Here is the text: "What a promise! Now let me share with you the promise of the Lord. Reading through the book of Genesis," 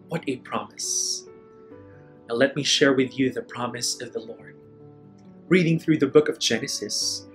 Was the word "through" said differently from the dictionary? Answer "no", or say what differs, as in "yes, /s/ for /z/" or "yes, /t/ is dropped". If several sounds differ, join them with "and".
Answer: no